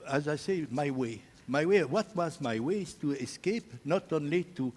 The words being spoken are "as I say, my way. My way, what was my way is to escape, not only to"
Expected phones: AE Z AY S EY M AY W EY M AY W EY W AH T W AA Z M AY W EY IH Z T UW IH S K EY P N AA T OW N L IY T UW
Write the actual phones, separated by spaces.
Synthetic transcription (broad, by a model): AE Z AY S EY M AY W EY M AY W EY W AH T W AA Z M AY W EY IH Z T UW IH S K EY P N AA T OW N L IY T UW